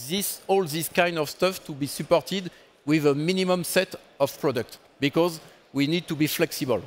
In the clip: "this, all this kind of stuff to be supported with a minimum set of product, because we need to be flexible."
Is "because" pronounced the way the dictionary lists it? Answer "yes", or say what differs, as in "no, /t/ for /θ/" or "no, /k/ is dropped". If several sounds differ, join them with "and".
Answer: yes